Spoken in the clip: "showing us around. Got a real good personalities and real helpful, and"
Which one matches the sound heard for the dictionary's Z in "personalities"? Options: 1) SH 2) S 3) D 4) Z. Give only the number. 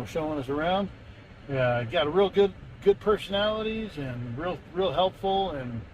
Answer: 4